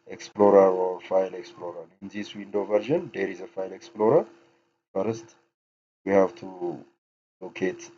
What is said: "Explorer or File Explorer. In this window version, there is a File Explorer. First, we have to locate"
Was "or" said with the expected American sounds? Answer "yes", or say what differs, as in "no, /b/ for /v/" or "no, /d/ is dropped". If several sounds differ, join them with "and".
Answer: no, /w/ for /ɹ/